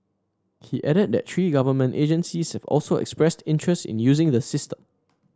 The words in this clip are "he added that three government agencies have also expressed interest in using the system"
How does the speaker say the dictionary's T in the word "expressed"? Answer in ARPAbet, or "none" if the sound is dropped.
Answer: T